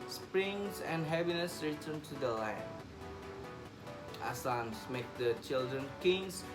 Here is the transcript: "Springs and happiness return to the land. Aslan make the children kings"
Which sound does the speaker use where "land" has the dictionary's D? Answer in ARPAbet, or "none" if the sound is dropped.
none